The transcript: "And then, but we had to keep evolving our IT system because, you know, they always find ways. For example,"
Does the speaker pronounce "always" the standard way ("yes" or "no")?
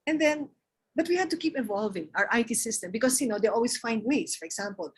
no